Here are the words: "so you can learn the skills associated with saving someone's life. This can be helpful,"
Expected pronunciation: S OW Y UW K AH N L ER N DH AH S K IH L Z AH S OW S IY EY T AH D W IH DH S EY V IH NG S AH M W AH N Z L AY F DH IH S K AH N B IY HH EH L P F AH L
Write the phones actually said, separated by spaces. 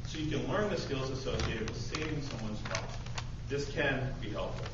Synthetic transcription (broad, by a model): S OW Y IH K AH N L ER N DH AH S K IH L Z AH S OW S IY EY T AH D W IH DH S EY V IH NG S AH M W AH N Z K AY DH IH S K AH N B IY HH EH L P F L